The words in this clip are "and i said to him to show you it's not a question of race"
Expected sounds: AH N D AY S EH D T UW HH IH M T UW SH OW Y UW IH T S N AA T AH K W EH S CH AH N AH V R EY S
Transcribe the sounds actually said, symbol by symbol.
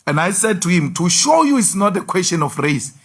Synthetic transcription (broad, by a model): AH N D AY S EH D T UW HH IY M T UW SH OW Y UW IH T S N AA T AH K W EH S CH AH N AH F R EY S